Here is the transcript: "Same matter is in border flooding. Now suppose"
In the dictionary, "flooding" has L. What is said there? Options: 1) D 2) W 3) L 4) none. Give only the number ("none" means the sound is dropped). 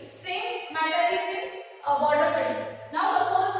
4